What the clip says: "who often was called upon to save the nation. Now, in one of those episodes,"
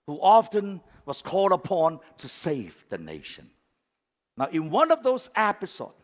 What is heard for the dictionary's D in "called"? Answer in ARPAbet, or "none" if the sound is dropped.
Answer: D